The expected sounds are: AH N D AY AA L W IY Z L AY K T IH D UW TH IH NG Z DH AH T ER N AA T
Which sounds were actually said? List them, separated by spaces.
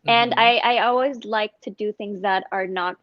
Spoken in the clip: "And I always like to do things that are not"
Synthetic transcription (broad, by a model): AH N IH AY AA L W IY Z L AY K T IH D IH TH IH NG Z DH AH T ER N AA T